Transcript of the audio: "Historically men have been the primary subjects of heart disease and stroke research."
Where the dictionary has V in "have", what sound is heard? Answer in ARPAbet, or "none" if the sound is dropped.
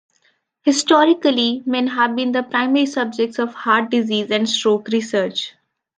V